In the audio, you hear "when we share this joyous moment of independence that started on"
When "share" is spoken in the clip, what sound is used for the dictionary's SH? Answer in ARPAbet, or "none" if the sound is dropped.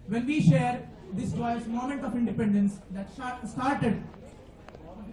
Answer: SH